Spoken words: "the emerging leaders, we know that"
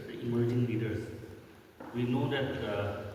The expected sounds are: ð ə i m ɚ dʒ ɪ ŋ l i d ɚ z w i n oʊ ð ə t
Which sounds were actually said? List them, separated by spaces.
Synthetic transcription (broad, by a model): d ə i m ɚ dʒ ɪ ŋ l i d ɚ s w i n oʊ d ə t